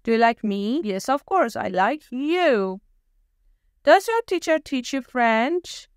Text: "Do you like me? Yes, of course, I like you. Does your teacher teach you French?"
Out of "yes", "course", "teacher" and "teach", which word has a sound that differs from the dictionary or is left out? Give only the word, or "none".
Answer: none